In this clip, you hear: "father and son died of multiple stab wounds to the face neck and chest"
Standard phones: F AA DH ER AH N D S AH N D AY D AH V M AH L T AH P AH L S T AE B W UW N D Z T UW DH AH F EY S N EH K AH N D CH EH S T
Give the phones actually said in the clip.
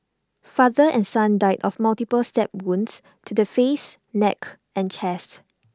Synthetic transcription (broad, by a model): F AA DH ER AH N S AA N D AY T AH F M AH L T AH P AH L S T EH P W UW N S T UW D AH F EY S N EH K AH N CH EH S T